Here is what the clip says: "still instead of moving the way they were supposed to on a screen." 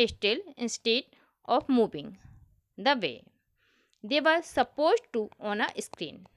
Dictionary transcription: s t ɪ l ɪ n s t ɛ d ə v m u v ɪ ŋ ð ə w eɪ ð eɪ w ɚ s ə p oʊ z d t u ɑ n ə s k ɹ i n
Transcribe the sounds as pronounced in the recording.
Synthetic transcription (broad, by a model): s t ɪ l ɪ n s t ɛ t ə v m u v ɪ ŋ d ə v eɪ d eɪ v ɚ s ə p oʊ z d t u ɑ n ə s k ɹ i n